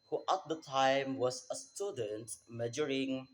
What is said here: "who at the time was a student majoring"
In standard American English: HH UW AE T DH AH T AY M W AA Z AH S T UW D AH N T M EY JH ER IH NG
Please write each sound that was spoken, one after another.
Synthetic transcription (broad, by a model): HH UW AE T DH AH T AY M W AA S AH S T UW D AH N T M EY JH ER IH NG